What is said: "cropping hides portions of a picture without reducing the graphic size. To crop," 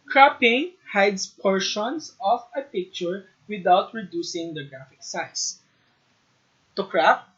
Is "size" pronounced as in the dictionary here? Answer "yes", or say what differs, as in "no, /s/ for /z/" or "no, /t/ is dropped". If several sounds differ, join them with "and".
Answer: no, /s/ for /z/